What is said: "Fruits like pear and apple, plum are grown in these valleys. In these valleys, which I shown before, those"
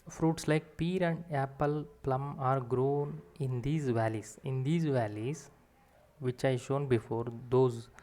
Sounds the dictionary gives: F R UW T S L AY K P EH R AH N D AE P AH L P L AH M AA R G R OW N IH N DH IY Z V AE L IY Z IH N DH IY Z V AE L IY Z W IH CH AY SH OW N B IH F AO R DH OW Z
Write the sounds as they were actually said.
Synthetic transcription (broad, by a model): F R UW T S L AY K P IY R AH N D AE P AH L P L AH M AA R G R OW N IH N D IY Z V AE L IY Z IH N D IY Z V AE L IY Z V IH CH AY SH OW N B IH F AO R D OW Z